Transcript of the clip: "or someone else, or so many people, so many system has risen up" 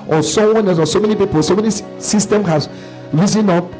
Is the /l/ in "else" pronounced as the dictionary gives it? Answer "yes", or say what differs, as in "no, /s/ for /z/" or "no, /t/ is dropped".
no, /l/ is dropped